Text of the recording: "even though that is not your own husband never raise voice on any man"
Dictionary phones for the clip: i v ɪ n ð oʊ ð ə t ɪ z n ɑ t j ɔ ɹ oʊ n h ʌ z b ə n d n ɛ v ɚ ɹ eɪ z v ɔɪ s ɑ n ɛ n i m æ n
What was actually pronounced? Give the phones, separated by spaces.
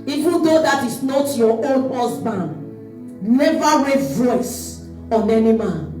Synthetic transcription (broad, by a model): i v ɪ n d oʊ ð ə t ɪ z n ɑ t j ɔ oʊ n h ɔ s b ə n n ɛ v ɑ ɹ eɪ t v ɔɪ s ɑ n ɛ n i m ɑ n